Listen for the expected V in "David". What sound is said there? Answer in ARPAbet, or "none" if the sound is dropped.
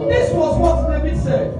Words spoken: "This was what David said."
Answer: B